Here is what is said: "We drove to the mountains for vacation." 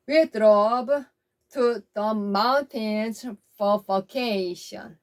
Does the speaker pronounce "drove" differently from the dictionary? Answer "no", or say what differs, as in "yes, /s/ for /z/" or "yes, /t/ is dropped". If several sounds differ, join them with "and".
yes, /b/ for /v/